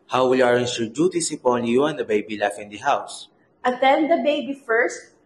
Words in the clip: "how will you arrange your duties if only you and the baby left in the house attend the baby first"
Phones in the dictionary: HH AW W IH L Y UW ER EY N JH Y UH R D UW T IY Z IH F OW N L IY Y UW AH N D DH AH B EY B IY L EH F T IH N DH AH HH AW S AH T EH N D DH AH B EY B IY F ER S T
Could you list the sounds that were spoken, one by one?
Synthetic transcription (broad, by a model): HH AW W IH L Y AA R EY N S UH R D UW T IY S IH P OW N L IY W AH N D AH B EY B IY L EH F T IH N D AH HH AW S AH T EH N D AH B EY B IY F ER S T